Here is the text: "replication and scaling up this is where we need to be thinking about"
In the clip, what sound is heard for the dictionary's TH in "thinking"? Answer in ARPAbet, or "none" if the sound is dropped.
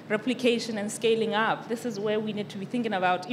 TH